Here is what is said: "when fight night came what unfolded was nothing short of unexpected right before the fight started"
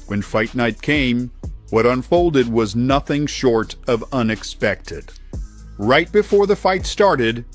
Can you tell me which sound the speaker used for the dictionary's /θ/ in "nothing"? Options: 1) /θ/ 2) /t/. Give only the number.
1